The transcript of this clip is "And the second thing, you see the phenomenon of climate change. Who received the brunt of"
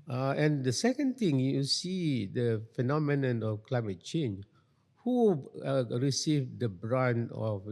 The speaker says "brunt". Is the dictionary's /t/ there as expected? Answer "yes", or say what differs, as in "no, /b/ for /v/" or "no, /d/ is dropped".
no, /t/ is dropped